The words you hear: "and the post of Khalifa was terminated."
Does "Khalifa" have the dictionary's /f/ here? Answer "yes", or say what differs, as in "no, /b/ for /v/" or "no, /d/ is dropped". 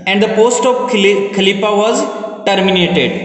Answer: no, /p/ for /f/